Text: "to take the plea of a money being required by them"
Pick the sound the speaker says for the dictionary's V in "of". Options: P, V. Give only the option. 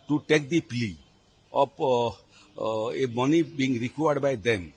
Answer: P